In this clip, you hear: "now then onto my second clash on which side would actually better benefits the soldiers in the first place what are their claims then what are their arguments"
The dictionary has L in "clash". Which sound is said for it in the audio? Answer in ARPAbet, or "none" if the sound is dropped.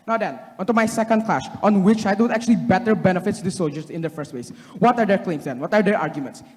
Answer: L